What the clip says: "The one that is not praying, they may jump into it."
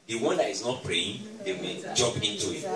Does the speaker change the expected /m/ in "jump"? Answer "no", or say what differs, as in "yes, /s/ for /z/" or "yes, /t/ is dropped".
yes, /m/ is dropped